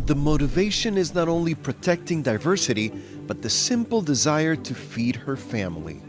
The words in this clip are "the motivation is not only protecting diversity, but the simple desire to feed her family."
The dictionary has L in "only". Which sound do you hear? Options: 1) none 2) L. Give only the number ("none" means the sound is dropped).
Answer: 2